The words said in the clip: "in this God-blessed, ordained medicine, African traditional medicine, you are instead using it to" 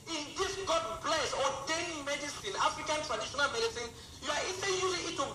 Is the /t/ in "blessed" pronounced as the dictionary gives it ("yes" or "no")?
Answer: no